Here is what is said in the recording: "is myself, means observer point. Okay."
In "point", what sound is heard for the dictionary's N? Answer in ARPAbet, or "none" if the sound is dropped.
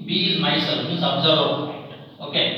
none